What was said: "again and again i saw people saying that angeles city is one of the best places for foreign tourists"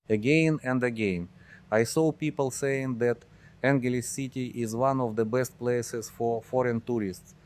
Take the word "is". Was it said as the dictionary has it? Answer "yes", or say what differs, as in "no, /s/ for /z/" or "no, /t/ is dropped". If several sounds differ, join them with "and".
yes